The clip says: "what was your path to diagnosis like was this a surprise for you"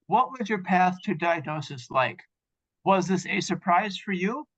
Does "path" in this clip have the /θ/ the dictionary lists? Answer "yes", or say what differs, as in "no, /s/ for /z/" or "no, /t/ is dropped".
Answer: yes